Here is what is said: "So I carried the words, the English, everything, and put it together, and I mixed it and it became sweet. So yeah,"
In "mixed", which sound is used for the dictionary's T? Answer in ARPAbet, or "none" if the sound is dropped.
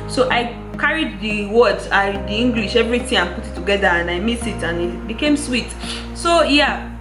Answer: none